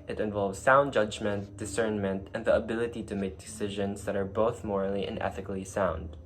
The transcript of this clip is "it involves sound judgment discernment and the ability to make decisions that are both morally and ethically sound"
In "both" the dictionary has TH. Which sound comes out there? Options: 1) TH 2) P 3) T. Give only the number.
1